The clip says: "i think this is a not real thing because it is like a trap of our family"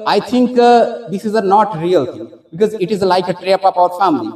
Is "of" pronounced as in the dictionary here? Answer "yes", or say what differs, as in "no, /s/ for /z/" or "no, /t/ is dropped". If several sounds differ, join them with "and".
no, /p/ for /v/